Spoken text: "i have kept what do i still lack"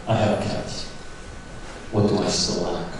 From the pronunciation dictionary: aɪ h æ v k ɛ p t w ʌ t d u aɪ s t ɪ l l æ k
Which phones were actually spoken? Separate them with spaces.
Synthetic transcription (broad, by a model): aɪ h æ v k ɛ t w ʌ t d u aɪ s t ɪ l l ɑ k